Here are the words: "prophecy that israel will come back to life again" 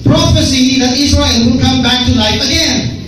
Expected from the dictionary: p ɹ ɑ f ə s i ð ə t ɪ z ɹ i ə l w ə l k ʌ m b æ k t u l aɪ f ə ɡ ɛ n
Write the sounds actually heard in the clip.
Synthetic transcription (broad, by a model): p ɹ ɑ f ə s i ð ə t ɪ s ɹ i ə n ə n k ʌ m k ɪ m t u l aɪ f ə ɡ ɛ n